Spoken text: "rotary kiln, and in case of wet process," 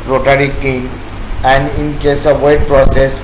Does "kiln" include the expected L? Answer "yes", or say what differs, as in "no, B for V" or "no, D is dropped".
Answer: no, L is dropped